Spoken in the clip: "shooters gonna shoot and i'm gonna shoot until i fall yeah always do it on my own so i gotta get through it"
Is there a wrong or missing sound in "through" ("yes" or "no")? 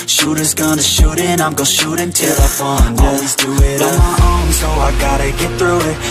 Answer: no